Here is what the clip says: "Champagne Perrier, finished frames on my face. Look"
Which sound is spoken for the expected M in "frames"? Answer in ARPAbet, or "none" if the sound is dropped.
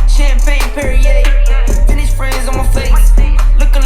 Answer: none